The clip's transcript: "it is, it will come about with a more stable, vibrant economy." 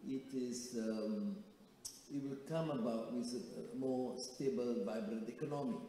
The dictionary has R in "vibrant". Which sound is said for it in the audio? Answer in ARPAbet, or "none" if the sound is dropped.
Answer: R